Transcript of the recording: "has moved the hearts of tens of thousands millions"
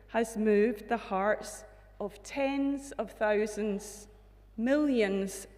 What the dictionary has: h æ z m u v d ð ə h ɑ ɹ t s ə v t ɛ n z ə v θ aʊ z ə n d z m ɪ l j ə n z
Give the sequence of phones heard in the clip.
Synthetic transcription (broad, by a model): h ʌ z m u v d ð ə h ɑ ɹ t s ə v t ɛ n z ə v θ aʊ z ə n d z m ɪ l j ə n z